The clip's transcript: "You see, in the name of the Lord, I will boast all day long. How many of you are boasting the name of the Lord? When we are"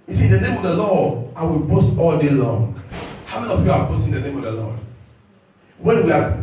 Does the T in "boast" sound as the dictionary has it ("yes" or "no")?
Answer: yes